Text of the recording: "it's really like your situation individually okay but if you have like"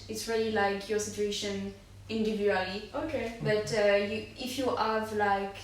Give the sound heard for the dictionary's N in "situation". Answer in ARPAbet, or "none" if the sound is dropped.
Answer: N